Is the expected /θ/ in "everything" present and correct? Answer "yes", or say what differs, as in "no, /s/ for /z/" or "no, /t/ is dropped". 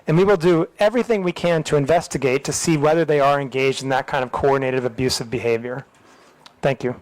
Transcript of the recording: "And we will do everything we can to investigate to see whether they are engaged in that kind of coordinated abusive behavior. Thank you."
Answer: yes